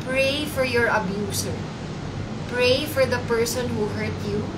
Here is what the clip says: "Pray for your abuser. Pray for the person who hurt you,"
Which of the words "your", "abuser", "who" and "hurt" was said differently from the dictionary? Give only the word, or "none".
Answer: abuser